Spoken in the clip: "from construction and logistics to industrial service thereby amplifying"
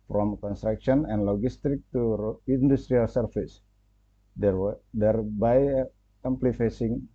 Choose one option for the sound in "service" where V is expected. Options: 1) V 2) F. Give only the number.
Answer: 2